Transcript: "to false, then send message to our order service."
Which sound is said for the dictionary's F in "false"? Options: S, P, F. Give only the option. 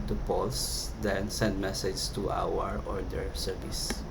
P